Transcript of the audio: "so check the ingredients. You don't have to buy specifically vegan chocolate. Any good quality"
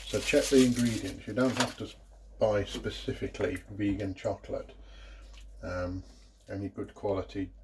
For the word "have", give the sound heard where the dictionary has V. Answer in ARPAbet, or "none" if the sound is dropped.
F